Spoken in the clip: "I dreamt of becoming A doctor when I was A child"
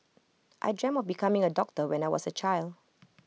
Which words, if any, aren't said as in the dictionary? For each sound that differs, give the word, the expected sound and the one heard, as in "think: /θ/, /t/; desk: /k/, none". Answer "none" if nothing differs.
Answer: dreamt: /t/, none; was: /z/, /s/